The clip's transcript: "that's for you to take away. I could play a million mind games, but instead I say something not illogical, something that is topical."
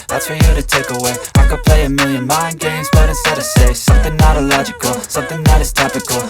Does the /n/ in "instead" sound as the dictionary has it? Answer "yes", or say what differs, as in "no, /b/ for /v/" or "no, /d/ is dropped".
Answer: no, /n/ is dropped